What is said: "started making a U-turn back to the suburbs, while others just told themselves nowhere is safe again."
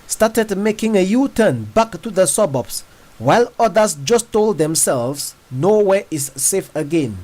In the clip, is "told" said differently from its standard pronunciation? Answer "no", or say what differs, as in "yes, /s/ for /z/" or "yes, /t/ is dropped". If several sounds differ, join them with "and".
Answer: no